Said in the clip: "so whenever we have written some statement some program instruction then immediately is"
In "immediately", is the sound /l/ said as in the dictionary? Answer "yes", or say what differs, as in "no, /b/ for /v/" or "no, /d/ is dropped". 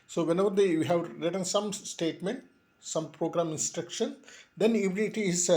no, /l/ is dropped